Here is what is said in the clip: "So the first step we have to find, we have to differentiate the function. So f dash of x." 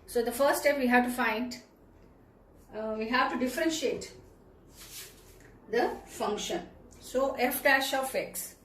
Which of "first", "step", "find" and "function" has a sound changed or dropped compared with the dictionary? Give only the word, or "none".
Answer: first